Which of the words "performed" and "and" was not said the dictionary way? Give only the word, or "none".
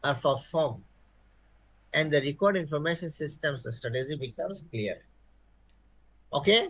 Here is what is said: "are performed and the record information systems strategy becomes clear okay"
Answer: performed